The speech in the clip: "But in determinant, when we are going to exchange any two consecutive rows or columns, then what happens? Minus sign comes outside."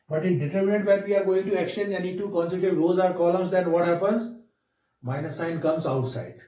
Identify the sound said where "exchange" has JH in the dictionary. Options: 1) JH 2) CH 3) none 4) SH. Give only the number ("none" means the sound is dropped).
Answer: 3